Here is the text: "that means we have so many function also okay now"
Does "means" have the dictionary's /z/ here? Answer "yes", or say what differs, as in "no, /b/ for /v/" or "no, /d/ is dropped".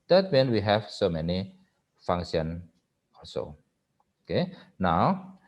no, /z/ is dropped